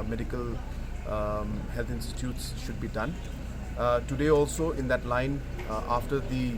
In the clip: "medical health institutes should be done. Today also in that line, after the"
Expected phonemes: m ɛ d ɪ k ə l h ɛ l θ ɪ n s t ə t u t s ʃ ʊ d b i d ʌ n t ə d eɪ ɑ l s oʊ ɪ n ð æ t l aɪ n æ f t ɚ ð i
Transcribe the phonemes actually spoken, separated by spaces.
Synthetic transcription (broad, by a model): m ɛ d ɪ k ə l h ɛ l t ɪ n s t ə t u t s ʃ ʊ d b i d ʌ n t ə d eɪ ɑ l s oʊ ɪ n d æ t l aɪ n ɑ f t ɚ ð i